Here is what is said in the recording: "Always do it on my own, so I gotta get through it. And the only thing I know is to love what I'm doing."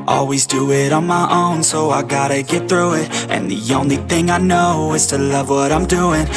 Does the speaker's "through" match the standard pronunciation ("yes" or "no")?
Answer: yes